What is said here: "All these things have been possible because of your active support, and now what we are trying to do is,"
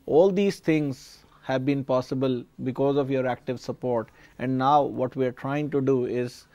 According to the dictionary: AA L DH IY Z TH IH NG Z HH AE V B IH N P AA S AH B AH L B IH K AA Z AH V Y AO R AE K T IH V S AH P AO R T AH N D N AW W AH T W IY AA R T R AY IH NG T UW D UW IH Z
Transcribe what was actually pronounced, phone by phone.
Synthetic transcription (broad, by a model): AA L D IY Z T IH NG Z HH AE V B IH N P AA S AH B AH L B IH K AA Z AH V Y AO R AE K T IH V S AH P AO R T AH N D N AW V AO T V IY AA R T R AY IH NG T UW D UW IH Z